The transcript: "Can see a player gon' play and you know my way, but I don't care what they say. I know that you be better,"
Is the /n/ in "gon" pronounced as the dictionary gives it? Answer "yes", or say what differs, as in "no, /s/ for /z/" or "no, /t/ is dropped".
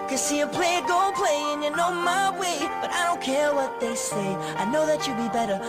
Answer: no, /l/ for /n/